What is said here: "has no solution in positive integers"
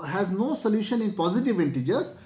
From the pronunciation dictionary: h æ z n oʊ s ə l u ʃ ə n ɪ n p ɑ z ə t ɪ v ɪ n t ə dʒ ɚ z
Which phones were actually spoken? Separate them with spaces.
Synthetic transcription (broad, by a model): h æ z n oʊ s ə l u ʃ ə n ɪ n p ɑ z ə t ɪ v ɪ n t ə dʒ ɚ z